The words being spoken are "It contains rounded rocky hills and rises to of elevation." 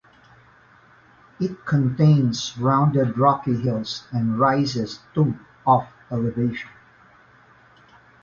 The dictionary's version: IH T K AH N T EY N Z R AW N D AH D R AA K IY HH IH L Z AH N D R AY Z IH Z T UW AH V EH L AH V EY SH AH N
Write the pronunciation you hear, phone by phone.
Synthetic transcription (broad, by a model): IH T K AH N T EY N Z R AW N D AH D R AA K IY HH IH L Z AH N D R AY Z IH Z T UW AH F EH L AH V EY SH AH N